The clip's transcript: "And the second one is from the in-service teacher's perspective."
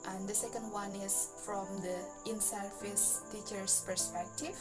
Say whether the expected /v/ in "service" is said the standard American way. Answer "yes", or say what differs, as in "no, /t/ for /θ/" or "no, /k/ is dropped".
no, /f/ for /v/